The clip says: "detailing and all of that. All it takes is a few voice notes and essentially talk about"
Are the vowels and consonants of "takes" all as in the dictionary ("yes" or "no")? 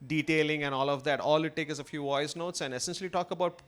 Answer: no